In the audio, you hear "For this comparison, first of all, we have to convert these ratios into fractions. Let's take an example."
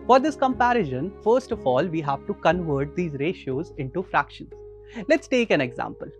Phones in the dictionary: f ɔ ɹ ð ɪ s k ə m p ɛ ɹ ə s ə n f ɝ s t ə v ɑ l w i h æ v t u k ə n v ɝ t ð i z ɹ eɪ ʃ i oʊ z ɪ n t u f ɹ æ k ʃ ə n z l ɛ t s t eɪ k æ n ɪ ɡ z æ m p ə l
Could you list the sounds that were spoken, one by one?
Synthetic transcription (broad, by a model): f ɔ ɹ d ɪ s k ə m p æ ɹ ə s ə n f ɝ s t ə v ɑ l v i h æ v t u k ə n v ɝ t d i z ɹ eɪ ʃ i oʊ z ɪ n t u f ɹ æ k ʃ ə n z l ɛ t s t eɪ k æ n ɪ ɡ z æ m p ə l